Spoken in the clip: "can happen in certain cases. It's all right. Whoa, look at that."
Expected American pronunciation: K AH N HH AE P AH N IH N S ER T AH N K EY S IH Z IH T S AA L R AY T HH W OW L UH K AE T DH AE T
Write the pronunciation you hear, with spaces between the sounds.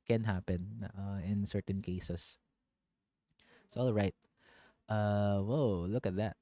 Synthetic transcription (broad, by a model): K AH N HH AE P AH N IH N S ER T AH N K EY IH S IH S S AA L R AY T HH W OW L UH K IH T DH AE T